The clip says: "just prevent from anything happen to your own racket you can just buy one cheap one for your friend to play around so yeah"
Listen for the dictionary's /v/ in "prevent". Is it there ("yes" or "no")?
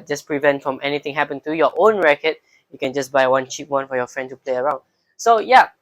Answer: yes